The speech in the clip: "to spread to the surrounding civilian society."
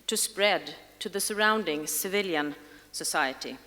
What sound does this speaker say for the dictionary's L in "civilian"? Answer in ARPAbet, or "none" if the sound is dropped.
L